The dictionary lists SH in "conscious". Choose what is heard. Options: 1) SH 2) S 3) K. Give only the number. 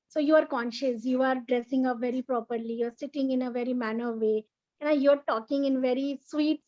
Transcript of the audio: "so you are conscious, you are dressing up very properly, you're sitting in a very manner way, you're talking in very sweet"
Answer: 1